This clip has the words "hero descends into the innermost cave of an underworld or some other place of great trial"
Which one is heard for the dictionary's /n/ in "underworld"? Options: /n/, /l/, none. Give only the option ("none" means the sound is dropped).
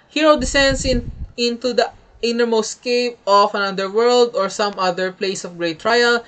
none